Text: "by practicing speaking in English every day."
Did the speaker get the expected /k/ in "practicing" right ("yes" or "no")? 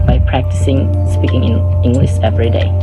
yes